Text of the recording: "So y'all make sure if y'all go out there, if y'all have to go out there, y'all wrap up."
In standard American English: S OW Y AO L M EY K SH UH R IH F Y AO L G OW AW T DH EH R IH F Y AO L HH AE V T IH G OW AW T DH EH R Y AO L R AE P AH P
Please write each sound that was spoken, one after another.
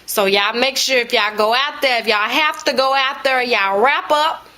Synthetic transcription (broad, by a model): S OW Y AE M EY K SH UH R IH F Y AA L G OW AW T DH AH R IH F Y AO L HH AE F T IH G OW AW T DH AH R Y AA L R AE P AH P